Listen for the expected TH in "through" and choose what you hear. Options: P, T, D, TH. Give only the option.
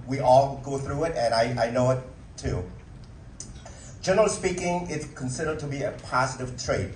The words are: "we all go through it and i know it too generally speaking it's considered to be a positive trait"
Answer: TH